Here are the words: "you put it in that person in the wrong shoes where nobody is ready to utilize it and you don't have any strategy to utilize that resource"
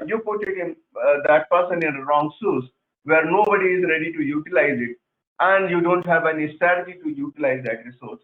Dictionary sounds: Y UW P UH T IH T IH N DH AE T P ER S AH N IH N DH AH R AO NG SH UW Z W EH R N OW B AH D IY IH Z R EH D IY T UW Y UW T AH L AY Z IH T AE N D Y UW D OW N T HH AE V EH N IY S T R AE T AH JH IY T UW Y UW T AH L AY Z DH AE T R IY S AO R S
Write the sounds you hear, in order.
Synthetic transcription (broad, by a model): Y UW P UH T IH T IH N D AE T P ER S AH N IH N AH R AO NG S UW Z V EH R N OW B AH D IY IH Z R EH D IY T UW Y UW T AH L AY Z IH T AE N D Y UW D OW N T HH AE V EH N IY S T R AE T AH JH IY T UW Y UW T AH L AY Z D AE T R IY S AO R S